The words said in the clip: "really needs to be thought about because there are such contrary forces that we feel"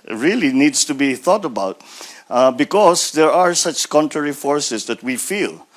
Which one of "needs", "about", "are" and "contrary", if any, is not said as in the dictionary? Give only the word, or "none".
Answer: needs